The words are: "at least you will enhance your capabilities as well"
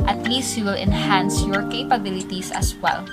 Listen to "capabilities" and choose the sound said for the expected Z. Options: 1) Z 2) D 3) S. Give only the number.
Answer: 3